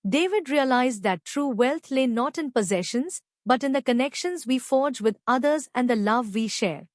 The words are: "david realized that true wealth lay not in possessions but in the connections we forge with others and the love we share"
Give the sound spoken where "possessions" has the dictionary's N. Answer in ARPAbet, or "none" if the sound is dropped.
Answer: N